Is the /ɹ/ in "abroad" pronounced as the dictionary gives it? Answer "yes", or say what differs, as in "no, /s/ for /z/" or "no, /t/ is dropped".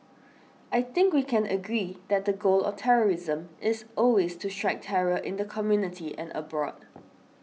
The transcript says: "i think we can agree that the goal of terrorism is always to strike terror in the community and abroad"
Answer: yes